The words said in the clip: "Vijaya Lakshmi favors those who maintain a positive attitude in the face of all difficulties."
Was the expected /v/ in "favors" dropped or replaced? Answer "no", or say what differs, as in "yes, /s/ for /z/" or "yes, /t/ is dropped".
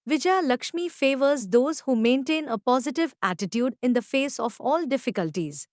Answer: no